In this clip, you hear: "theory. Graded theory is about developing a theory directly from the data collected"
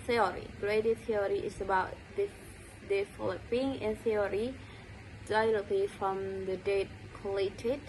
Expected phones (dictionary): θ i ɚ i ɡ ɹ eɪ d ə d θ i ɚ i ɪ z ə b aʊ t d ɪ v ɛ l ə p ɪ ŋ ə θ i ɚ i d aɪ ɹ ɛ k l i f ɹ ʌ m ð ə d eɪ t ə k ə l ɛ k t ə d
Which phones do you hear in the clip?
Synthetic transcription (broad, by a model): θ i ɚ i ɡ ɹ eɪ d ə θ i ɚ i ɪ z ə b aʊ t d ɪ f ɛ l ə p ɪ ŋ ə θ i ɚ i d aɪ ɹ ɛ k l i f ɹ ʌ m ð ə d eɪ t k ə l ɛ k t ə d